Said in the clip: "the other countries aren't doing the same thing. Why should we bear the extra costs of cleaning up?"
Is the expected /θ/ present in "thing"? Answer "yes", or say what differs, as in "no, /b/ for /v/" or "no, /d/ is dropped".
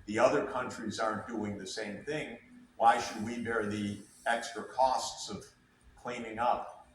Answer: yes